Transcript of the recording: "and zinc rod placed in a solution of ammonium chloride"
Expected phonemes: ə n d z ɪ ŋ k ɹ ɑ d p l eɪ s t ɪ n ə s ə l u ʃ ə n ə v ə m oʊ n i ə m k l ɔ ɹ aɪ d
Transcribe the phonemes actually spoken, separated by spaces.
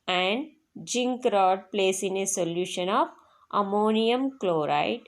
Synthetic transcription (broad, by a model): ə n d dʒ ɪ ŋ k ɹ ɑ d p l eɪ s ɪ n ə s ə l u ʃ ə n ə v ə m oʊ n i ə m k l ɔ ɹ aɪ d